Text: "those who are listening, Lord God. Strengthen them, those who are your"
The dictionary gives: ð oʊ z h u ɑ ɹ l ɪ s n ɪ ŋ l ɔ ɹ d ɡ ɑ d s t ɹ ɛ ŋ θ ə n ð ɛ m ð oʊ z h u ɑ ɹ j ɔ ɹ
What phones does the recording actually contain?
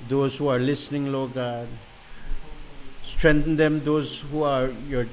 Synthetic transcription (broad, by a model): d oʊ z h u ɑ ɹ l ɪ s n ɪ ŋ l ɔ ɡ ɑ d s t ɹ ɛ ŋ t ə n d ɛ m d oʊ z h u ɑ ɹ j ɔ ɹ